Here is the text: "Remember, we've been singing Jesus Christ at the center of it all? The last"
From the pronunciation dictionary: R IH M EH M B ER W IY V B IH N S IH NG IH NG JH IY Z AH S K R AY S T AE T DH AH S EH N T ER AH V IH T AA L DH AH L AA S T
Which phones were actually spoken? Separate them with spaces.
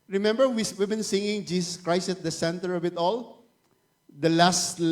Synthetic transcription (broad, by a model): R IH M EH M B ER W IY W B IH N S IH NG IH NG JH IY S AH S K R AY S T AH T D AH S EH N T ER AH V IH T AA L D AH L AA S T